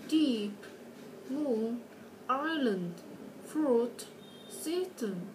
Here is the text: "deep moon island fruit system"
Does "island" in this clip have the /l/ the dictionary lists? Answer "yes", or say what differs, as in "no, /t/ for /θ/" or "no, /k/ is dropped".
yes